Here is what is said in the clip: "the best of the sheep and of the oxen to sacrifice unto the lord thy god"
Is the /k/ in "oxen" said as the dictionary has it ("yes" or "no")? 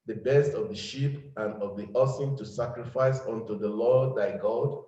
no